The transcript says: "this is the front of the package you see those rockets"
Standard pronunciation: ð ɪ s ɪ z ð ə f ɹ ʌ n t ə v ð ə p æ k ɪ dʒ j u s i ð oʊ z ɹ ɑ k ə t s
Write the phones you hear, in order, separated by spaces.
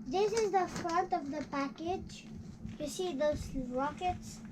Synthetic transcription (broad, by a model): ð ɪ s ɪ z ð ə f ɹ ʌ n t ə v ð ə p æ k ɪ dʒ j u s i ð oʊ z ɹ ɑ k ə t s